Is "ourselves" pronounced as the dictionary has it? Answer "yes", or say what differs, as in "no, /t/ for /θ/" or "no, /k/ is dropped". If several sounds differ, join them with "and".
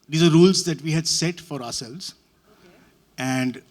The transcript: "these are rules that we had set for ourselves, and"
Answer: yes